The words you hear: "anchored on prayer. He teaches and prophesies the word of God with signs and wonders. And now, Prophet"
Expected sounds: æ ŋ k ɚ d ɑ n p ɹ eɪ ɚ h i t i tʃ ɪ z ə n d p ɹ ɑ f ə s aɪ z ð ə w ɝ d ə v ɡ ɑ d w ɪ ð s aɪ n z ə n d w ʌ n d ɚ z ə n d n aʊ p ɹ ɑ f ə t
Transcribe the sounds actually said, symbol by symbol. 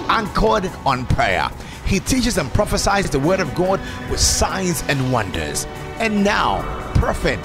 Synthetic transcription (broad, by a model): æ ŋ k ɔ d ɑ n p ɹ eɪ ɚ h i t i tʃ ɪ z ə n p ɹ ɑ f ə s aɪ z ð ə w ɝ d ə v ɡ ɑ d w ɪ ð s aɪ n z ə n w ʌ n d ɚ z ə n n aʊ p ɹ f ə t